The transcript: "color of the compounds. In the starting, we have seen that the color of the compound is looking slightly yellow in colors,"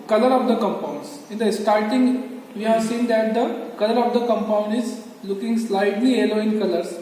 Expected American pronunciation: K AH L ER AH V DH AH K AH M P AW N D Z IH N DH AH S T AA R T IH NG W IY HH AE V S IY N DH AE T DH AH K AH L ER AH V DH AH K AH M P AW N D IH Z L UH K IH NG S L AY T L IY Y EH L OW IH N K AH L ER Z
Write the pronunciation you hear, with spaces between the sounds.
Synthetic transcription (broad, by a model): K AH L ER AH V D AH K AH M P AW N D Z IH N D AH S T AA R T IH NG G IY HH AE V S IY N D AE T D AH K AH L ER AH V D AH K AH M P AW N D IH Z L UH K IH NG S L AY T L IY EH L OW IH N K AH L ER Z